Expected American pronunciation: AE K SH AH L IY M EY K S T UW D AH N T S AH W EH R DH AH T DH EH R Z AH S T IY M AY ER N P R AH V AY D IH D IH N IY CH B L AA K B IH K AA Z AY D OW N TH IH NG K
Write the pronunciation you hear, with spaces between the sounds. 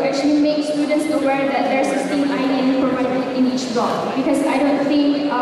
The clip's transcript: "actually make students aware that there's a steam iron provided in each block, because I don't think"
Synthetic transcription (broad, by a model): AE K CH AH L IY M EY K S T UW D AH N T S AH W EH R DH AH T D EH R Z AH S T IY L AY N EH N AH P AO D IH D IH N IY CH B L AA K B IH K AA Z AY D OW N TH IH NG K